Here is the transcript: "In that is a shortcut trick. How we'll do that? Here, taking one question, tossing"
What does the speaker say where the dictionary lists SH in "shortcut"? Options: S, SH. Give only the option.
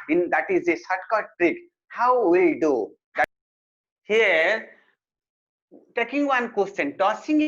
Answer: S